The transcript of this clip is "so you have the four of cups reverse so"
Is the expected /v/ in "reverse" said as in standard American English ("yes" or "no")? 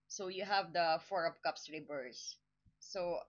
no